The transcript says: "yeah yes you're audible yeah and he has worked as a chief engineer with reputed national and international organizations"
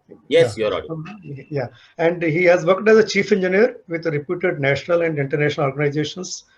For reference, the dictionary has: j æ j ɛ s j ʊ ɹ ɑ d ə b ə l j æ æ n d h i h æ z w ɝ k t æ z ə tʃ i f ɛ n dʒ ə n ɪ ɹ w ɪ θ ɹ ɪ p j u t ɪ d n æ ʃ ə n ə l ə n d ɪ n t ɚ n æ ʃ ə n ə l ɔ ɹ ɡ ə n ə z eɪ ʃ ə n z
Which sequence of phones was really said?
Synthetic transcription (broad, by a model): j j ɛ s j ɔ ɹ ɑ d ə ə j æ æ n d h i h æ z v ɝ k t æ z ə tʃ i f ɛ n dʒ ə n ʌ ɹ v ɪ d ɹ ɪ p j u t ɪ d n æ ʃ ə n ə l ə n d ɪ n t ɚ n æ ʃ ə n ə l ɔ ɹ ɡ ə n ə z eɪ ʃ ə n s